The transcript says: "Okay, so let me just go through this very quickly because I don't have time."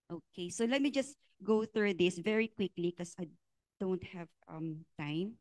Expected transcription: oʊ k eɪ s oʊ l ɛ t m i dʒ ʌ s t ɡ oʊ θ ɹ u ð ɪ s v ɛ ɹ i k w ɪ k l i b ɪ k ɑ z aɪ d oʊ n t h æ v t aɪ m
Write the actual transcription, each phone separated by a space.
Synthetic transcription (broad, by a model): oʊ k eɪ s oʊ l ɛ t m i dʒ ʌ s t ɡ oʊ θ ɹ u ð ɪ s v ɛ ɹ i k w ɪ k l i k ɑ s aɪ d oʊ n t h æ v t aɪ m